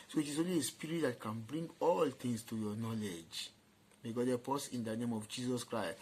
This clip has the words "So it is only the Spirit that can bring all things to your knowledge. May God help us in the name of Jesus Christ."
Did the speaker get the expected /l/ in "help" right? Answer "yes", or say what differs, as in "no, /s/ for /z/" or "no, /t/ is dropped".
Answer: no, /l/ is dropped